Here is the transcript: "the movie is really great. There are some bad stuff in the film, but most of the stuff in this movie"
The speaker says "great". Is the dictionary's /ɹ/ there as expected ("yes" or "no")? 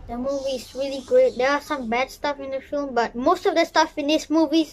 no